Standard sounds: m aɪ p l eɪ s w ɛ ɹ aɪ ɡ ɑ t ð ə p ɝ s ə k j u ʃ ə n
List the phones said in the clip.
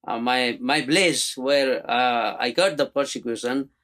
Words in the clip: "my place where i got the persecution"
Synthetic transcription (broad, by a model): m aɪ b l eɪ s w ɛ ɹ aɪ ɡ ɑ t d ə p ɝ s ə k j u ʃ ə n